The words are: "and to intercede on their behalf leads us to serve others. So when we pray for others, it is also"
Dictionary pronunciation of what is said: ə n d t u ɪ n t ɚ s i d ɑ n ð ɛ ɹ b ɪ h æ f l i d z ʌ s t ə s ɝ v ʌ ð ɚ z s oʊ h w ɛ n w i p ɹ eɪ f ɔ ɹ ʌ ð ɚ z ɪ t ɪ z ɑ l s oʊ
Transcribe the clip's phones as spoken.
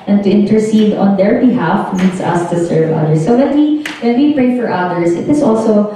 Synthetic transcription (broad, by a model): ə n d t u ɪ n t ɚ s i d ɑ n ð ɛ ɹ b ɪ h æ f n i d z ʌ s t ə s ɝ v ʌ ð ɚ s oʊ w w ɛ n w i p ɹ eɪ f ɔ ɹ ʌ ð ɚ s ɪ t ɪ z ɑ l s oʊ